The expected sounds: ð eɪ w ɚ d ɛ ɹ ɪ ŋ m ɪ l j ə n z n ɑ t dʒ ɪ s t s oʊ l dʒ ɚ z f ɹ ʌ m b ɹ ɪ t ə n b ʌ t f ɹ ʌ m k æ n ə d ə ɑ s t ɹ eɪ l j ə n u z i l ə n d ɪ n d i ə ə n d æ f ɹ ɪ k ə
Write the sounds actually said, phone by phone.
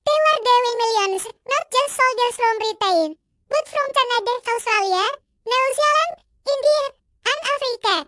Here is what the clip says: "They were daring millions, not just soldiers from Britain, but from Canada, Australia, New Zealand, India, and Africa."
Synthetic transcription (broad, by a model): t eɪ w ɚ d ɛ w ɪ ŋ m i l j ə n s n ɑ t dʒ ɪ s t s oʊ l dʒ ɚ s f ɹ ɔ m ɹ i t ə n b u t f ɹ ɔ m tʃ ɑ n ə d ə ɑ s t ɹ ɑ l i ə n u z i l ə n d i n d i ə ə n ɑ f ɹ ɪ k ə